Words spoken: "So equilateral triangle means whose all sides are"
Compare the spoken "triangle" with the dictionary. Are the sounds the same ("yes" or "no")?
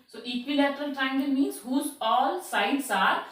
no